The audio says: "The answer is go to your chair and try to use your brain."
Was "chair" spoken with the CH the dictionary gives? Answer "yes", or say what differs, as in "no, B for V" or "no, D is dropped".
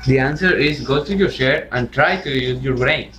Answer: no, SH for CH